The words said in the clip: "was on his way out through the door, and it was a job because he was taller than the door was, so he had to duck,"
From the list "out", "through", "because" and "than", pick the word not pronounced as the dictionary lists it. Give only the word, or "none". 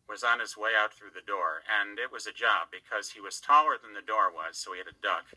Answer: none